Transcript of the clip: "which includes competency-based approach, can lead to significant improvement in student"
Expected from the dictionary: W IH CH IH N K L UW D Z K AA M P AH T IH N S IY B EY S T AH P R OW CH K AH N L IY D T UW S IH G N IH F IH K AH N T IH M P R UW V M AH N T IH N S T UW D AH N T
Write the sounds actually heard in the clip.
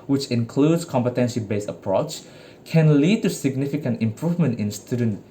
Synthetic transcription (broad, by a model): W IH CH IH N K L UW D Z K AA M P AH T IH N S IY B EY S AH P R OW CH K AH N L IY D T UW S IH G N IH F IH K AH N T IH M P R UW V M AH N T IH N S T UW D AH N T